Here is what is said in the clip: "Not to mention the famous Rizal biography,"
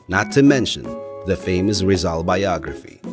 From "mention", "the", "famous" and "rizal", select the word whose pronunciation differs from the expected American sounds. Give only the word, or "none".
none